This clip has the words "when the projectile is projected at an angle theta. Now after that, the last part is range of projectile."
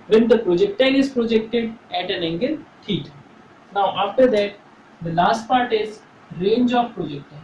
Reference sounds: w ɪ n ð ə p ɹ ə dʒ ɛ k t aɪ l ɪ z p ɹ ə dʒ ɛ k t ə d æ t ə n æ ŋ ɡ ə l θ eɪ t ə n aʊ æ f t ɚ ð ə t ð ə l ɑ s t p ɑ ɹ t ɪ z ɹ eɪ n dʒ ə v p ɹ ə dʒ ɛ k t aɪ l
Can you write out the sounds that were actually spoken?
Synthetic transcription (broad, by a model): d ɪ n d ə p ɹ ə dʒ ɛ k t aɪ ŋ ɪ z p ɹ ə dʒ ɛ k t ə d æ t ə n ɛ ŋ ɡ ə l t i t n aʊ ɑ f t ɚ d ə t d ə l ɑ s t p ɑ ɹ t ɪ z ɹ eɪ n dʒ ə p p ɹ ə dʒ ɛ k t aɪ